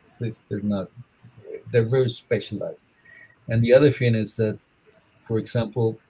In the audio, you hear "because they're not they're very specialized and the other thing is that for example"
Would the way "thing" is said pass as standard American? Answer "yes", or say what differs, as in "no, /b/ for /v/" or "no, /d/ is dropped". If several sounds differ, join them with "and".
no, /f/ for /θ/